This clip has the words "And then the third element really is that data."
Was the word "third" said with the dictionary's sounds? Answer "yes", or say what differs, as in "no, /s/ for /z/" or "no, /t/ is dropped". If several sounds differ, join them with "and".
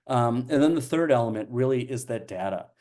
yes